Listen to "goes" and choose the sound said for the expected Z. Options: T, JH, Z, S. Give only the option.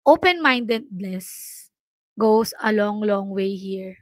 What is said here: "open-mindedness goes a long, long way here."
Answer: S